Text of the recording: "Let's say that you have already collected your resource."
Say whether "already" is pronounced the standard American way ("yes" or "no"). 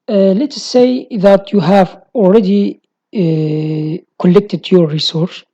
no